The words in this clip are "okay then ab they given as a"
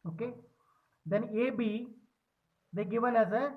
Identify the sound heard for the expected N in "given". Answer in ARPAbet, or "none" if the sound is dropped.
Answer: L